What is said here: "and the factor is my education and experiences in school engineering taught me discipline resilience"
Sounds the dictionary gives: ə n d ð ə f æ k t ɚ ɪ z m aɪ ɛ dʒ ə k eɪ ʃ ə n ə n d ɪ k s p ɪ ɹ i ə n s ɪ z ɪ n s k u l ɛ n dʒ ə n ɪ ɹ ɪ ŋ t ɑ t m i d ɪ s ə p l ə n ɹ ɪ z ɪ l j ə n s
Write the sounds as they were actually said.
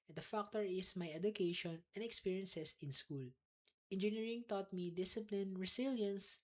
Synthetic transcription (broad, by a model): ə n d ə f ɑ k t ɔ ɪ s m aɪ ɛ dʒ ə k eɪ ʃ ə n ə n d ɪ k s p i ɹ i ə n s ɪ s ɪ n s k u l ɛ n dʒ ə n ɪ ɹ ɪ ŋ t ɑ t m i d ɪ s ə p l ə n ɹ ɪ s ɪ l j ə n s